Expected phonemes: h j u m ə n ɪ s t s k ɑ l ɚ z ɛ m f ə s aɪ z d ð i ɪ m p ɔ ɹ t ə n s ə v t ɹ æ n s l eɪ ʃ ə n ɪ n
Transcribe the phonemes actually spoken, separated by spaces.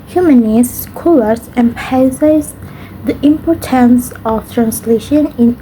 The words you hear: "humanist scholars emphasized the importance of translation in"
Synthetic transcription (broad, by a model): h j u m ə n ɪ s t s k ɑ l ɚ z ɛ m p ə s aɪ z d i ɪ m p ɔ ɹ t ə n s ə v t ɹ æ n s l eɪ ʃ ə n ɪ n